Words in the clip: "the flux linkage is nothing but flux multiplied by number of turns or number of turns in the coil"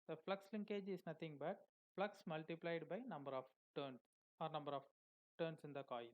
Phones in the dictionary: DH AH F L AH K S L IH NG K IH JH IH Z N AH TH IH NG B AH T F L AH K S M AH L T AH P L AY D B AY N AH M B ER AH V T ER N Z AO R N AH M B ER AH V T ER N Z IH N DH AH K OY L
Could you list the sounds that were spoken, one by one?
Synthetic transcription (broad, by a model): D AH F L AH K S L IH NG K IH JH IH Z N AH T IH NG B AH T F L AH K S M AH L T AH P L AY D B AY N AH M B ER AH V T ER N S AO R N AH M B ER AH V T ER N S IH N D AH K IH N